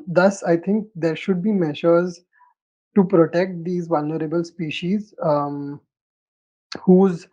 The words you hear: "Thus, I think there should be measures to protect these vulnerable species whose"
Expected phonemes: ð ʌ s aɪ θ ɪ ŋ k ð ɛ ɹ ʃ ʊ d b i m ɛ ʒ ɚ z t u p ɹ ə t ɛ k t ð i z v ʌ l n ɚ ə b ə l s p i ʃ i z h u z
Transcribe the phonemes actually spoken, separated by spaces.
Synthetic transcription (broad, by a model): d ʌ s aɪ t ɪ ŋ k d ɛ ɹ ʃ ʊ d b i m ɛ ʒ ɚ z t u p ɹ ə t ɛ k t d i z v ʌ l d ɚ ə b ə l s p i ʃ i z h u z